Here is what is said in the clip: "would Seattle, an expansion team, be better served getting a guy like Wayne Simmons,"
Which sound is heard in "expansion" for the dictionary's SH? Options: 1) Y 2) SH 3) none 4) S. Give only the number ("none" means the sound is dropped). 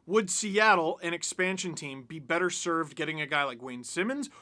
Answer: 2